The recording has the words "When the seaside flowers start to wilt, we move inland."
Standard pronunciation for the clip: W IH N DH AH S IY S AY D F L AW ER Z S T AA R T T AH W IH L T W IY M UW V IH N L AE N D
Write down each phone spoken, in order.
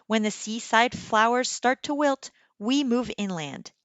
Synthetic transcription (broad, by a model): W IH N DH AH S IY S AY D F L AW ER Z S T AA R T T AH W IH L T W IY M UW V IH N L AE N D